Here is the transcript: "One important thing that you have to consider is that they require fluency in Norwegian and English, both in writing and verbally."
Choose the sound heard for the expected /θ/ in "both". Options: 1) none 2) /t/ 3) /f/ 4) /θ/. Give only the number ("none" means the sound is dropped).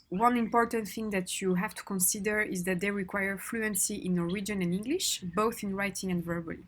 4